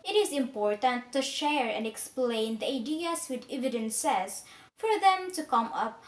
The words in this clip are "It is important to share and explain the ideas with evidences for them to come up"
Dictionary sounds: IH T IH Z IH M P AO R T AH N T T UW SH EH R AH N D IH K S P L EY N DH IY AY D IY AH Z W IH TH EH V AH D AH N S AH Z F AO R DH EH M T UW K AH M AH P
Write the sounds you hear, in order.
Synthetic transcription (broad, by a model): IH T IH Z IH M P AO R T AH N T T UW SH EH R AH N D IH K S P L EY N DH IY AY D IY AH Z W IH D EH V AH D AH N S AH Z F AO R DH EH M T UW K AH M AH P